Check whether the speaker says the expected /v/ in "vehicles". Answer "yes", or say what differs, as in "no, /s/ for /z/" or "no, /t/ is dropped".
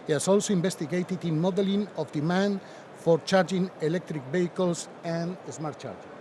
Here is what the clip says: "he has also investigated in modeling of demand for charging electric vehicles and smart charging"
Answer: no, /b/ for /v/